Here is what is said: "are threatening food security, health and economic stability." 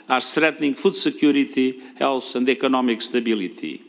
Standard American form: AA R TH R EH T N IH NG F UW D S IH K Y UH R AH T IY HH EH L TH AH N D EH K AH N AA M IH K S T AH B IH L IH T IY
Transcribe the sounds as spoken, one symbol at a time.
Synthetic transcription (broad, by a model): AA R T R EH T N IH NG F UW D S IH K Y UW R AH T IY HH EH L S AH N D EH K AH N AA M IH K S T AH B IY L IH T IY